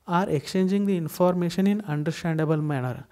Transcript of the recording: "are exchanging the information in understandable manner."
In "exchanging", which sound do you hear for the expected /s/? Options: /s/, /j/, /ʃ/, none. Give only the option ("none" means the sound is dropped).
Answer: none